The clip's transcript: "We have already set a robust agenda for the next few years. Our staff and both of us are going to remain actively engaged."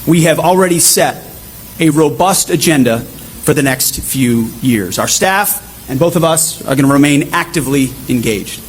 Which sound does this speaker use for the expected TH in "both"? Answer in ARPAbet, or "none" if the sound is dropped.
TH